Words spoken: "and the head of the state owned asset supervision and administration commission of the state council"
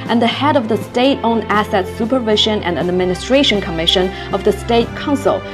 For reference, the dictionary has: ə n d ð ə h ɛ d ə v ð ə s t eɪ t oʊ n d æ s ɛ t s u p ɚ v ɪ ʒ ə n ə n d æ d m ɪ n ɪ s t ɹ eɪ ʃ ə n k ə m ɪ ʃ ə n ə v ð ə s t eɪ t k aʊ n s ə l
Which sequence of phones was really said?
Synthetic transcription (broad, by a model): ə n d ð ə h ɛ d ə v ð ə s t eɪ t oʊ n æ s ɛ t s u p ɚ v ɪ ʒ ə n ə n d æ d m ɪ n ɪ s t ɹ eɪ ʃ ə n k ə m ɪ ʃ ə n ə v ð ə s t eɪ t k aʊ n s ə l